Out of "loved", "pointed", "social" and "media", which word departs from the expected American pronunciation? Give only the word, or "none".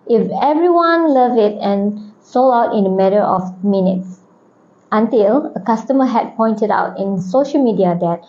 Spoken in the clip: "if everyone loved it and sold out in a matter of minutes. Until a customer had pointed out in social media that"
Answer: loved